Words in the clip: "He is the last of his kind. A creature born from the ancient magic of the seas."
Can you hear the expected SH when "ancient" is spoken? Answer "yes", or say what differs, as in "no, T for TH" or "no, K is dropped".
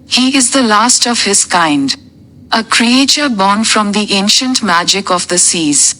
yes